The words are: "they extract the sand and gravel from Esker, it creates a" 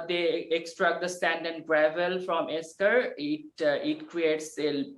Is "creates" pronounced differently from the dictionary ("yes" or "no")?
no